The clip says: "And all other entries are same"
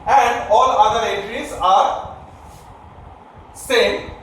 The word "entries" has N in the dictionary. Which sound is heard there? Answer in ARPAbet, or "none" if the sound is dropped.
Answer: none